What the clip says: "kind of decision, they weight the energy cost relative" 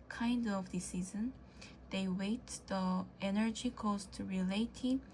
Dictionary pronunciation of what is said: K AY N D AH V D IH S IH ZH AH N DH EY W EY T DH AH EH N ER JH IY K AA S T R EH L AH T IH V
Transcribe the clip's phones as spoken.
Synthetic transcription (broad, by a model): K AY N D AH V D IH S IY Z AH N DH EY W EY T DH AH EH N ER JH IY K AA S T R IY L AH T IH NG